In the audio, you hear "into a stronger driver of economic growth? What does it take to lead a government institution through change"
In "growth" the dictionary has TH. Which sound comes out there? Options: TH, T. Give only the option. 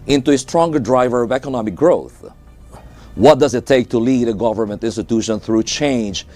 TH